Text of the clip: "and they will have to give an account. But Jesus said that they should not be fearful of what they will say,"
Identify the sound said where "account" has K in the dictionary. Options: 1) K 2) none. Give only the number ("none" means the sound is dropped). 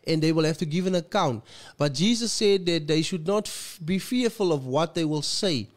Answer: 1